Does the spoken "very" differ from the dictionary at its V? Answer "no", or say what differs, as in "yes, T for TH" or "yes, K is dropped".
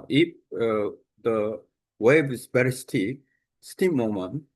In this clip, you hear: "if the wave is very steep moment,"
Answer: yes, B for V